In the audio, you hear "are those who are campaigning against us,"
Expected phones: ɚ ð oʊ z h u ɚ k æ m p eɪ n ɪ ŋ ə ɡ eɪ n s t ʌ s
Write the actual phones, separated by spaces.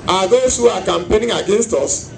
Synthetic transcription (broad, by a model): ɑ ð oʊ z h u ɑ k æ m p eɪ n ɪ ŋ ə ɡ eɪ n s t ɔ s